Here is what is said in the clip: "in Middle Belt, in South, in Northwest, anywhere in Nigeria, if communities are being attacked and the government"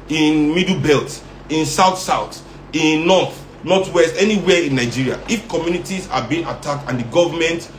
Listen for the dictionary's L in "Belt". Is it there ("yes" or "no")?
yes